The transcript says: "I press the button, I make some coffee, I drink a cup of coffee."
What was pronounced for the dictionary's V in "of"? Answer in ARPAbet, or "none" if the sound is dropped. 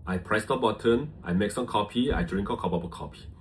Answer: P